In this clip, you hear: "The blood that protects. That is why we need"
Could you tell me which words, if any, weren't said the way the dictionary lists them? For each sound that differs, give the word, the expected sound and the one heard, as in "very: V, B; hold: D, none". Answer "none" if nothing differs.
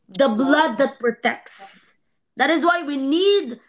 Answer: none